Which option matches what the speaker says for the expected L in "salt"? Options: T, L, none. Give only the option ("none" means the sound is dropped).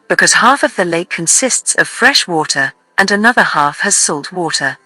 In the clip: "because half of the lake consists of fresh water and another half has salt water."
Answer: L